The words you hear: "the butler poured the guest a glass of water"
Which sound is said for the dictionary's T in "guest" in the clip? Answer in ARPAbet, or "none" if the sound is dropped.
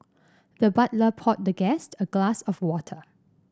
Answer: T